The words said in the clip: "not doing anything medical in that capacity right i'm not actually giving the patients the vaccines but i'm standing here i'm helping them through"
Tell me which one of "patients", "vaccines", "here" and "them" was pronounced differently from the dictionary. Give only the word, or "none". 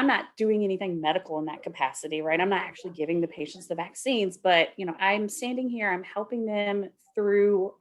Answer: none